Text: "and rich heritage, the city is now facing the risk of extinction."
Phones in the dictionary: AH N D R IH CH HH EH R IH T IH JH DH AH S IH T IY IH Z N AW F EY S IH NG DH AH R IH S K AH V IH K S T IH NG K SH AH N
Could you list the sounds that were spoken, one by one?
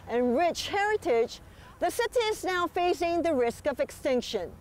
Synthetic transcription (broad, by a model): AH N R IH CH HH EH R IH T IH JH DH AH S IH T IY IH Z N AW F EY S IH NG DH AH R IH S K AH V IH K S T IH NG K SH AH N